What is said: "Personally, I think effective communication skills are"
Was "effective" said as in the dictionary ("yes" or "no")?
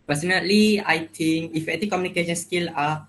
no